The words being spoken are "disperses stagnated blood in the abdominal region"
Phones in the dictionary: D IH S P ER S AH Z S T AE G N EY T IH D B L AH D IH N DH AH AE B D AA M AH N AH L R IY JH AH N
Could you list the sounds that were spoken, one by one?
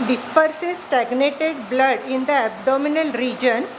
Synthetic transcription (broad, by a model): D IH S P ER S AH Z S T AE G N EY T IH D B L AH D IH N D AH AE B D AA M AH N AH L R IY JH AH N